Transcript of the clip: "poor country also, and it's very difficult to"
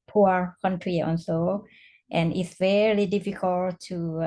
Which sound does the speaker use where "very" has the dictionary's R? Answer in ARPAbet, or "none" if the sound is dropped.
L